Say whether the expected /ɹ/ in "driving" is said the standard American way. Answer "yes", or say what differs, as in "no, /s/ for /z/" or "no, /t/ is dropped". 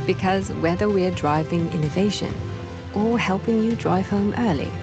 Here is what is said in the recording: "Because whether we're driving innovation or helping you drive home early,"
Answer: yes